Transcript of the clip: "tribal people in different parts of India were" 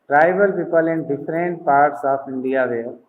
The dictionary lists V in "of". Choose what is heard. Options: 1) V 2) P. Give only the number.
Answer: 2